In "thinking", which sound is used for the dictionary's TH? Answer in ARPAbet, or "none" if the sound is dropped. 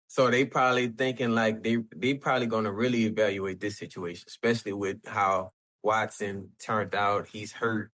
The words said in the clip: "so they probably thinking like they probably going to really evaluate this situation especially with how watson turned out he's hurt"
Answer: TH